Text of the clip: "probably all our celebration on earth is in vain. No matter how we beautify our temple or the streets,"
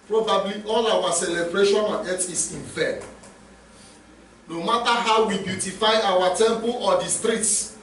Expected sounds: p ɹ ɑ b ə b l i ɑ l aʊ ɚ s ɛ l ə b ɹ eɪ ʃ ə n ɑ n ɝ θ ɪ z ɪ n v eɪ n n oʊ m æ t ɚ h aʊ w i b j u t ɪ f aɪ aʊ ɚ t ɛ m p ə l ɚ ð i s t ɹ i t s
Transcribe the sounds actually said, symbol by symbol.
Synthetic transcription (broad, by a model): p ɹ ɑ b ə b l i ɑ l aʊ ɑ s ɛ l ə b ɹ eɪ ʃ ə n ɑ n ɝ t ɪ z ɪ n f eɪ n n oʊ m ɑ t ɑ h aʊ w i b j u t ɪ f aɪ aʊ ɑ t ɛ m p ə l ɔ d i s t ɹ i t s